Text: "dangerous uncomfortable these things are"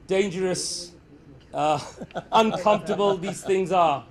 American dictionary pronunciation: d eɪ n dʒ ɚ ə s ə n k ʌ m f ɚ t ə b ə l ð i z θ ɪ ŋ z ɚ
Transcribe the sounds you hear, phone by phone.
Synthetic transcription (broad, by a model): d eɪ n dʒ ɚ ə s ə n k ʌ m f t ə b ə l ð i z θ ɪ ŋ z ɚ